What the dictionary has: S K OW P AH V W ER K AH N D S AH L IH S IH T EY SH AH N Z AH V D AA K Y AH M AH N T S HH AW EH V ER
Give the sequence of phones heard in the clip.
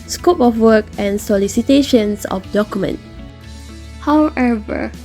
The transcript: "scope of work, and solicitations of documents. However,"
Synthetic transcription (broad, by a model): S K OW P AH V W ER K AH N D S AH L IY S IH T EY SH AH N S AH F D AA K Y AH M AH N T HH AW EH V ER